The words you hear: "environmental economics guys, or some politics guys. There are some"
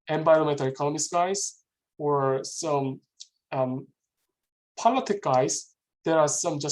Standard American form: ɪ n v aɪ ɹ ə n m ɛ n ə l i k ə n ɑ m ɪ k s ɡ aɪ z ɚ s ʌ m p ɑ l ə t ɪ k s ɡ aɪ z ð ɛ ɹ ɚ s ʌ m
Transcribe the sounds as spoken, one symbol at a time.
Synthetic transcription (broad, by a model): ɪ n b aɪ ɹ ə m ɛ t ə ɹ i k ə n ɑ m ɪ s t ɡ aɪ z ɚ s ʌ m p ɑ l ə t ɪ k ɡ aɪ z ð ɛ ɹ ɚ s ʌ m